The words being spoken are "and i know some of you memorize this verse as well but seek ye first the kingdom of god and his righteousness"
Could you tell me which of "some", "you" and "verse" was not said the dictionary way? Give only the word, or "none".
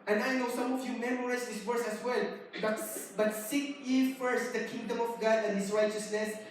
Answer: verse